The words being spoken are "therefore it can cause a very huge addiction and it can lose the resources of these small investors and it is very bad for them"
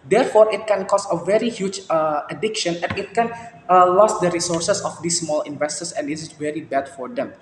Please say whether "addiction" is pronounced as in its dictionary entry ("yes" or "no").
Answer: yes